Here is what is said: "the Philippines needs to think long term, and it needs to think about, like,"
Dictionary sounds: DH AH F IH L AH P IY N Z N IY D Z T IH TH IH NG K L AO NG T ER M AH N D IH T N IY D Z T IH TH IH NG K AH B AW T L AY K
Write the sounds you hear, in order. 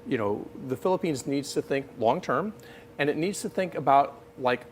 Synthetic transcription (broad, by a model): DH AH F IH L AH P IY N Z N IY D Z T IH TH IH NG K L AO NG T ER M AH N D IH T N IY D Z T IH TH IH NG K AH B AW T L AY K